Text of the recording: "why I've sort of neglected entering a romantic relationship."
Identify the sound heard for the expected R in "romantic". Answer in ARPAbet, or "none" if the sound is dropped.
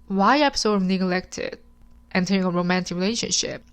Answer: R